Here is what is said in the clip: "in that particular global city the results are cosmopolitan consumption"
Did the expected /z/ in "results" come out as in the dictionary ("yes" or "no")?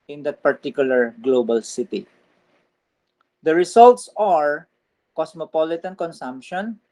no